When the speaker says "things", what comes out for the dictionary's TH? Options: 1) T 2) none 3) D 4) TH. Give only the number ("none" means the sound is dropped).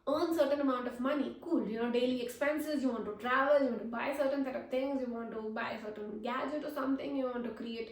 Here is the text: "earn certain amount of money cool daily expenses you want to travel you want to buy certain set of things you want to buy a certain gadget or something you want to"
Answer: 1